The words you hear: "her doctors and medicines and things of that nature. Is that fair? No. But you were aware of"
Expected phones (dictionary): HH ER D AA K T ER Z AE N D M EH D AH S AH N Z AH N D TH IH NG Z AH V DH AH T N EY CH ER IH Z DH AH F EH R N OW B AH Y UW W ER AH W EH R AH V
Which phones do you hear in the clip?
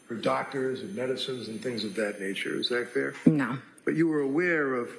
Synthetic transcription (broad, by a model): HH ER D AA K T ER Z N M EH D AH S AH N Z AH N TH IH NG Z AH V DH AH T N EY CH ER IH Z DH AH F EH R N OW B AH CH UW W ER AH W EH R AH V